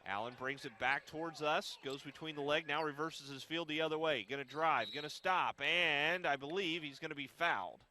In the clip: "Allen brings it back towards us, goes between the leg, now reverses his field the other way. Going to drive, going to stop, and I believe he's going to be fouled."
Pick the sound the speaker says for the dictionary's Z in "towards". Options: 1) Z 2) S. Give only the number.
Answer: 1